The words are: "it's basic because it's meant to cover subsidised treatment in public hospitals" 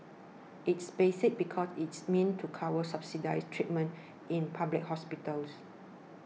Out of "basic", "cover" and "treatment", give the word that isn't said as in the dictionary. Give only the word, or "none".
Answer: cover